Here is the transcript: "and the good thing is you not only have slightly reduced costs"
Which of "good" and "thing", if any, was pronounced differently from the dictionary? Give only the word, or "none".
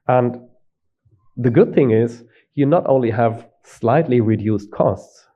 none